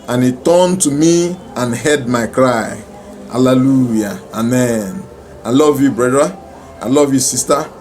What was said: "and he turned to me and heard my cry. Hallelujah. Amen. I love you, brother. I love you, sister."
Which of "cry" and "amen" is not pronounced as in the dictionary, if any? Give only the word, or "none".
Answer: none